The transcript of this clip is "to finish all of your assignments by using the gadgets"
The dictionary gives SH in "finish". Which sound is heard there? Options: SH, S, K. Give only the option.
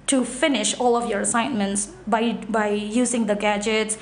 SH